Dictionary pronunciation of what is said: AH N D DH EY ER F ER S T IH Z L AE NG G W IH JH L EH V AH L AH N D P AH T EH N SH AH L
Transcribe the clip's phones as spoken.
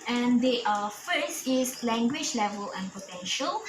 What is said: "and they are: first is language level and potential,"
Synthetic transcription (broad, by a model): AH N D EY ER F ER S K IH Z L AE NG G W IH JH L EH V AH L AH N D P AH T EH N SH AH L